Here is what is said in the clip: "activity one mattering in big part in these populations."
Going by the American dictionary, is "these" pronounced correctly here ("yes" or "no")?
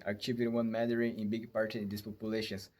no